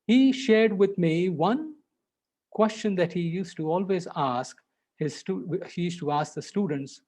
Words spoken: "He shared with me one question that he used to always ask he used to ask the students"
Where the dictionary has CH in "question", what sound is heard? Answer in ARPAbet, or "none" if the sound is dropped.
CH